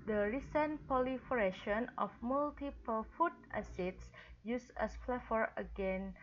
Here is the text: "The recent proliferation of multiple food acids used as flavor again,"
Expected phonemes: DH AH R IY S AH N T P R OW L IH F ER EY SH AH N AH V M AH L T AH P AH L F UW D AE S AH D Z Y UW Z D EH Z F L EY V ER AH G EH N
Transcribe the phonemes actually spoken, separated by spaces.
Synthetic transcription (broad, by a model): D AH R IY S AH N P OW L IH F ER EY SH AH N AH F M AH L T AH P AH L F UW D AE S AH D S Y UW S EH S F L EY F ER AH G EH N